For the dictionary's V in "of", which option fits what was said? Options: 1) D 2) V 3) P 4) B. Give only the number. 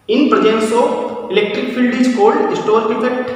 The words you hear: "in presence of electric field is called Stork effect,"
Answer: 3